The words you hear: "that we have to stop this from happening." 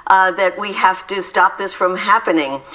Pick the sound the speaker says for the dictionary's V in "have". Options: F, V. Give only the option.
F